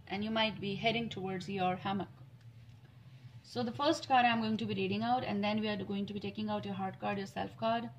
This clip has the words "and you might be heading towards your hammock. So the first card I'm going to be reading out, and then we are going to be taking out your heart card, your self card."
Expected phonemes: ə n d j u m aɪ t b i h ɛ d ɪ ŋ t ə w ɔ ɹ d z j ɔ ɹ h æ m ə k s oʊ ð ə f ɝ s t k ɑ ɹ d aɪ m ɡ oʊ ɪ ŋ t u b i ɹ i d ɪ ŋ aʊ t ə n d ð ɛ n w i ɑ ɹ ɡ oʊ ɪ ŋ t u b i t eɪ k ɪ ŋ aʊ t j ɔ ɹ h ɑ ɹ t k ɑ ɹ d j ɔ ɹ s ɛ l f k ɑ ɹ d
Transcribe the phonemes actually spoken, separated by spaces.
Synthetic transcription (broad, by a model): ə n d j u m aɪ t b i h ɛ d ɪ ŋ t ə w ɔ ɹ d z j ɔ ɹ h æ m ə k s oʊ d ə f ɝ s t k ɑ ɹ d aɪ m ɡ oʊ ɪ ŋ t u b i ɹ i d ɪ ŋ aʊ t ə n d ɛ n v i ɑ ɹ ɡ oʊ ɪ ŋ t u b i t eɪ k ɪ ŋ aʊ t j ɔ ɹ h ɑ ɹ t k ɑ ɹ d j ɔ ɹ s ɛ l f k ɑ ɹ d